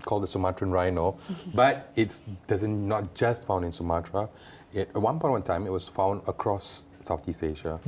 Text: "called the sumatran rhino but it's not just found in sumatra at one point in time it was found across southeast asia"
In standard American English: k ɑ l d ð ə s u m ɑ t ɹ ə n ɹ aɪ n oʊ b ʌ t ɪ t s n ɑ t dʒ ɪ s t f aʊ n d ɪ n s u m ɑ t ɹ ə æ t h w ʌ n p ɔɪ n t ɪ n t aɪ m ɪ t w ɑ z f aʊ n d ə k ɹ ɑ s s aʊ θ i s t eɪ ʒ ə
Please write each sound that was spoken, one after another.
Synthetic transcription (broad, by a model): k ɑ l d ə s u m ɑ t ɹ ə n ɹ aɪ n oʊ b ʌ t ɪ t s n ɑ t dʒ ɪ s t f aʊ n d ɪ n s u m ɑ t ɹ ə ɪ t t w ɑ n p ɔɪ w ɪ n t aɪ m ɪ t w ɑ s f aʊ n d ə k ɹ ɑ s s aʊ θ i s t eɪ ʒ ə